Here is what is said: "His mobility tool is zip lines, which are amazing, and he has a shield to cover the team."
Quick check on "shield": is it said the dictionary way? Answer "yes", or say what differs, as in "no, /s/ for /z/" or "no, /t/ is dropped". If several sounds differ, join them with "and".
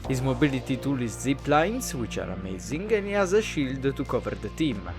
yes